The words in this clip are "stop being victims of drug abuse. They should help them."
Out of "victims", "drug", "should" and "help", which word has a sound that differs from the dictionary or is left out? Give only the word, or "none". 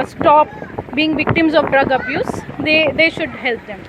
none